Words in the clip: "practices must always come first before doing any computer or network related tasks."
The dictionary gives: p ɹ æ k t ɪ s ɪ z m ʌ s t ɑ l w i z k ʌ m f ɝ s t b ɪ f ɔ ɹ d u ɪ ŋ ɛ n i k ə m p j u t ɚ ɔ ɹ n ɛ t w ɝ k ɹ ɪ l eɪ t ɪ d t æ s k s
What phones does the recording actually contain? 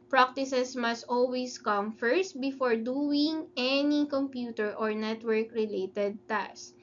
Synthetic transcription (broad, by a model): p ɹ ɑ k t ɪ s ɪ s m ʌ s t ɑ l w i s k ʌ m f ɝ s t b ɪ f ɔ ɹ d u ɪ ŋ ɛ n i k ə m p j u t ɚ ɔ ɹ n ɛ t w ɝ k ɹ ɪ l eɪ t ɪ d t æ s s